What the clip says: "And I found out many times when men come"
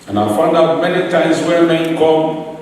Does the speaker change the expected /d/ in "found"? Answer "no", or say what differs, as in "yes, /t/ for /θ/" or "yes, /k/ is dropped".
no